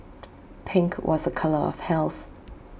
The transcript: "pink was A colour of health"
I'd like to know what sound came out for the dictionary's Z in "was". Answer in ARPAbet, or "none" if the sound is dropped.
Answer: Z